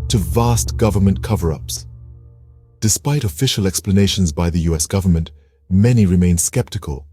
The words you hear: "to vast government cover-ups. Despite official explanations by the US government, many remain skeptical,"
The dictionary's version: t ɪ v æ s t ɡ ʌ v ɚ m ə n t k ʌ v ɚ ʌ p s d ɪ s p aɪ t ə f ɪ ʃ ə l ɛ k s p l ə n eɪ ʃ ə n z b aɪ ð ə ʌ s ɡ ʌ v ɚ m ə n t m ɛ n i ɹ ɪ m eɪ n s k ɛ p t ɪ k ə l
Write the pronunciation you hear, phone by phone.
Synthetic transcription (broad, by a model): t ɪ v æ s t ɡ ʌ v ɚ m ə n k ʌ v ɚ ʌ p s d ɪ s p aɪ t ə f ɪ ʃ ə l ɛ k s p l ə n eɪ ʃ ə n z b aɪ ð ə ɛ s ɡ ʌ v ɚ m ə n t m ɛ n i ɹ ɪ m eɪ n s k ɛ p t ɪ k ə l